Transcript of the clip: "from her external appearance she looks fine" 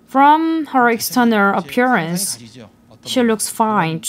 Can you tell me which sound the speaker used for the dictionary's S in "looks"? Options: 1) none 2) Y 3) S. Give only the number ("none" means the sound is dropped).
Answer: 3